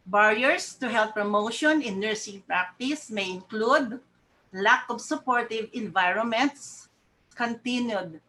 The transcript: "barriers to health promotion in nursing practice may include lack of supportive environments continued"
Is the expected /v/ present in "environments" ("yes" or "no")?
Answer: yes